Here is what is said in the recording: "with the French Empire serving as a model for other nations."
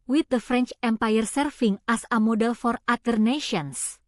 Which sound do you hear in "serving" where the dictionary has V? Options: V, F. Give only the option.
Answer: F